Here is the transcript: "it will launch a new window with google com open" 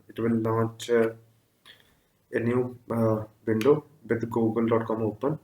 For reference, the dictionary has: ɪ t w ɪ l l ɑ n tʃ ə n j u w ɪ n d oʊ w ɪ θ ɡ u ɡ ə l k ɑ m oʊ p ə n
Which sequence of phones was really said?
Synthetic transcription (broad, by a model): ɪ t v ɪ l n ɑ tʃ ə n j u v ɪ n d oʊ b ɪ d ɡ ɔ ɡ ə l k ɑ m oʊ p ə n